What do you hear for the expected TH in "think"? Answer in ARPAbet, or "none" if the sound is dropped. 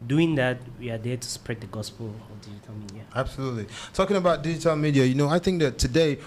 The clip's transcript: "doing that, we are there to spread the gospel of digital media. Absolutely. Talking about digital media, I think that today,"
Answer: TH